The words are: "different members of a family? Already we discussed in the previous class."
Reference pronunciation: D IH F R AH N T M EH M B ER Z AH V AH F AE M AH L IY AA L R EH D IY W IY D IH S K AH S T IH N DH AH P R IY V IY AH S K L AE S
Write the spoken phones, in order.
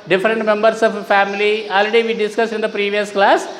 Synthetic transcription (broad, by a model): D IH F R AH N T M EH M B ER S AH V F AE M AH L IY AA L R EH D IY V IY D IH S K AH S T IH N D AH P R IY V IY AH S K L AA S